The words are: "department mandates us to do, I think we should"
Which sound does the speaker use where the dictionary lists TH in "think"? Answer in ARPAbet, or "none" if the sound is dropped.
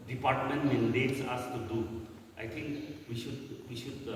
T